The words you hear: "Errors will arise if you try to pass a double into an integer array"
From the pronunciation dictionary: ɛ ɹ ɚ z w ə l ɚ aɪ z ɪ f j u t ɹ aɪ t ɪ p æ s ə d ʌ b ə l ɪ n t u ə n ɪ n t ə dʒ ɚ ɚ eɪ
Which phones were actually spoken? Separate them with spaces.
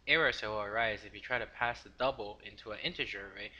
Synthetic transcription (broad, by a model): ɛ ɹ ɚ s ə w ɚ aɪ z ɪ f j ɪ t ɹ aɪ t ɪ p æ s ə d ʌ b l ɪ n t u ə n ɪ n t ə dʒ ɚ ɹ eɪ